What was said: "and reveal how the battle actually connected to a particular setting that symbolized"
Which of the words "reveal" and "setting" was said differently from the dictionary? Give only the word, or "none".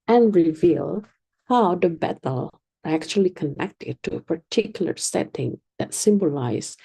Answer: none